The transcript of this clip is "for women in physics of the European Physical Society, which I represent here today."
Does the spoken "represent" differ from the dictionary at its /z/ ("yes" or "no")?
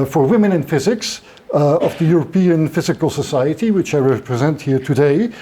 no